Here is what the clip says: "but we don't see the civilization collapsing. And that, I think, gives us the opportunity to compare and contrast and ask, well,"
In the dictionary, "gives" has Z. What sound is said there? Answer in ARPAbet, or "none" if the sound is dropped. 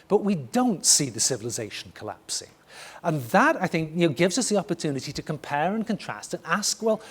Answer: Z